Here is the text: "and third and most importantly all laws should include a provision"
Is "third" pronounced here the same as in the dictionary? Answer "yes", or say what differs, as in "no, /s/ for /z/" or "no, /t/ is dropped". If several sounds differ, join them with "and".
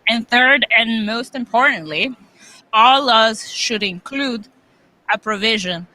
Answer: yes